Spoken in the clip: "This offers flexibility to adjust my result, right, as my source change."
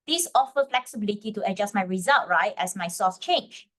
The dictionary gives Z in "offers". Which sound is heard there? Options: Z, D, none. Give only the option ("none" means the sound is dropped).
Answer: none